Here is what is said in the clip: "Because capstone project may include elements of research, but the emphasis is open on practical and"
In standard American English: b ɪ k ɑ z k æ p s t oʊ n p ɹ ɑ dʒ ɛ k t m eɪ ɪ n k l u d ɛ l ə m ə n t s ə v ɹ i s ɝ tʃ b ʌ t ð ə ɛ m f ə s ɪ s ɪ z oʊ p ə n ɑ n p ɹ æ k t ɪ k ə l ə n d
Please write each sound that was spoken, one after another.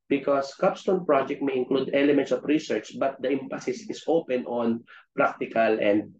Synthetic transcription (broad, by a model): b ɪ k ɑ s k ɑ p s t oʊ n p ɹ ɑ dʒ ɛ k t m eɪ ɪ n k l u d ɛ l ə m ə n t s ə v ɹ i s ɝ tʃ b ʌ t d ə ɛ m p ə s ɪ s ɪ s oʊ p ə n ɑ n p ɹ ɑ k t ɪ k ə l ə n d